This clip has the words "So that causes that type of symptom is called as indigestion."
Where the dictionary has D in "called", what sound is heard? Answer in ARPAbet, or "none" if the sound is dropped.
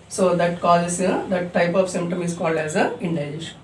D